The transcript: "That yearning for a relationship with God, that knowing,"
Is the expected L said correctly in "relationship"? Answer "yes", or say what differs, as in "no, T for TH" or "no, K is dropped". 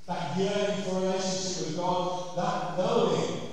no, L is dropped